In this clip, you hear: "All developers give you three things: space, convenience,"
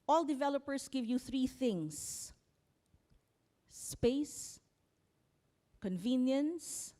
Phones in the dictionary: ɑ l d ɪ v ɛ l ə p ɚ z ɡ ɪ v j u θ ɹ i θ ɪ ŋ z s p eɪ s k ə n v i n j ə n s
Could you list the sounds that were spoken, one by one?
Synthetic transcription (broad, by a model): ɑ l d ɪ v ɛ l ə p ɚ s ɡ ɪ v j u θ ɹ i θ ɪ ŋ s p eɪ s k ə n v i n j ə n s